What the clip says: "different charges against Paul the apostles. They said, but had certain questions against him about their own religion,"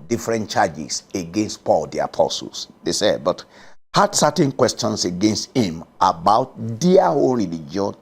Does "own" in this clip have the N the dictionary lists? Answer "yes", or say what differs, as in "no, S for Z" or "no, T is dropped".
no, L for N